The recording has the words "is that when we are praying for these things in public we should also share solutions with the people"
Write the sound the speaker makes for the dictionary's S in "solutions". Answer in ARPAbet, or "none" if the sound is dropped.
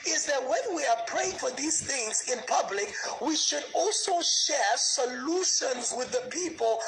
S